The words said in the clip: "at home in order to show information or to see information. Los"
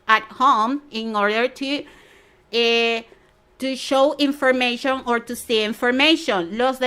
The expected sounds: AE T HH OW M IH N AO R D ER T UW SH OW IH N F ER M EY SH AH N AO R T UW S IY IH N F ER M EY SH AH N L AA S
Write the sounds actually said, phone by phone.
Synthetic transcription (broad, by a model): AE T HH OW M IH N AO R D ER T UW SH OW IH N F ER M EY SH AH N AO R T UW S IY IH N F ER M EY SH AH N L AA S